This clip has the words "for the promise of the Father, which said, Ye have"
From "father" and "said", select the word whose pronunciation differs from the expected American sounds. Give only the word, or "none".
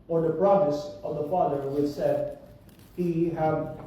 none